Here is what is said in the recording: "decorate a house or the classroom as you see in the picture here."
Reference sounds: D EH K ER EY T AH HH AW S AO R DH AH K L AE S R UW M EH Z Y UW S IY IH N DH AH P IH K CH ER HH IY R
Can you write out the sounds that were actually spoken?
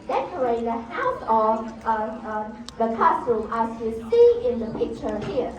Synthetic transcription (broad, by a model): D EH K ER EY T AH HH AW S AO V DH AH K AE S UW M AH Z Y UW S IY IH N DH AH P IH K CH ER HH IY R